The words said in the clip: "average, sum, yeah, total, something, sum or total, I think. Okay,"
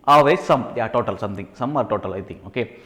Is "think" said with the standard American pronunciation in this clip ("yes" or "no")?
no